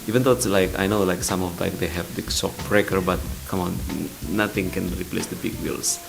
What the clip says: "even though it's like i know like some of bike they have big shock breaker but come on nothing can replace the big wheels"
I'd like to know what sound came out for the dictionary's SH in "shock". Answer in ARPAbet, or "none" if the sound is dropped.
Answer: S